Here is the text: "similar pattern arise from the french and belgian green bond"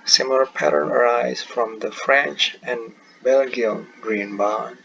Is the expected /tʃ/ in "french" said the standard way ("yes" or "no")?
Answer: yes